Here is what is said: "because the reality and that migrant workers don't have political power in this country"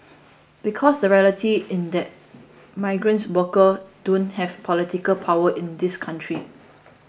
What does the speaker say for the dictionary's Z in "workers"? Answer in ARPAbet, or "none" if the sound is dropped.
none